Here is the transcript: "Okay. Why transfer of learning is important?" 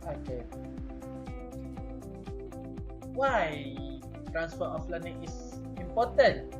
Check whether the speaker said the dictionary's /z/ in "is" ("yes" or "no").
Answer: no